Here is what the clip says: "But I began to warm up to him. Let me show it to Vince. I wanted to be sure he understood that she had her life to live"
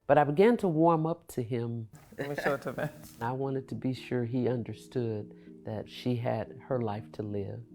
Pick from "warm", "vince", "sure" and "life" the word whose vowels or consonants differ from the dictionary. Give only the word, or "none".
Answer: vince